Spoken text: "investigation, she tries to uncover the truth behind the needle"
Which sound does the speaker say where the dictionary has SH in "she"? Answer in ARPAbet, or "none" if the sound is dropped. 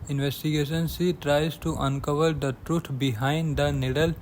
S